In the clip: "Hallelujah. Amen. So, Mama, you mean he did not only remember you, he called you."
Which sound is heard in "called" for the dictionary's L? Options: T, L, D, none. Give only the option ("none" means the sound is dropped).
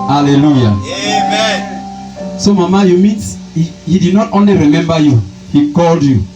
L